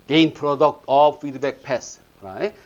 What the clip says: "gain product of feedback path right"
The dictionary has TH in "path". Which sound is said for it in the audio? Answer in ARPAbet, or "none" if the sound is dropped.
S